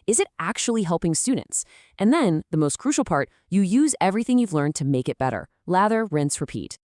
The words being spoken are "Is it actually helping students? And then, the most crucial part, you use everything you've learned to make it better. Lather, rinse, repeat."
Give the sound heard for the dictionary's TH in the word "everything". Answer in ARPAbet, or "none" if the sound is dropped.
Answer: TH